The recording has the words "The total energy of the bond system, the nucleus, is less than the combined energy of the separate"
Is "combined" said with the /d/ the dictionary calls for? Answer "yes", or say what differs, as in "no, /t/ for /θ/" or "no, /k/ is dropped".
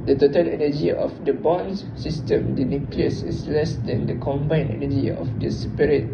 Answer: no, /d/ is dropped